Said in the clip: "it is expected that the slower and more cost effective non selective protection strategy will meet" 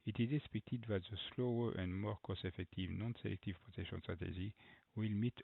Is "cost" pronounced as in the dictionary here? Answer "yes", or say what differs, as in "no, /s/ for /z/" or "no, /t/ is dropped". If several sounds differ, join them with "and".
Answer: no, /t/ is dropped